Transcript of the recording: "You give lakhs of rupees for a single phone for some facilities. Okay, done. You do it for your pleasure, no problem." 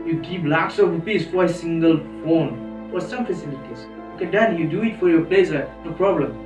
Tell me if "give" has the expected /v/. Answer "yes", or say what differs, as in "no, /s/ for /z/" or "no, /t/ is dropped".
no, /p/ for /v/